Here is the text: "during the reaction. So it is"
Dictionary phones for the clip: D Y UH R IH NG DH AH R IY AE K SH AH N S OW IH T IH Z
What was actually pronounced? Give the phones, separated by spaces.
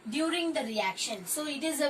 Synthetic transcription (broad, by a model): D Y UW R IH NG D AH R IY AE K SH AH N S OW IH T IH Z